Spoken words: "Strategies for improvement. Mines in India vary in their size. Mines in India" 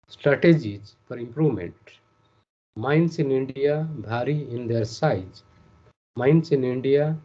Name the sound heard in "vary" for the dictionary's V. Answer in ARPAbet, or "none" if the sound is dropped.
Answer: B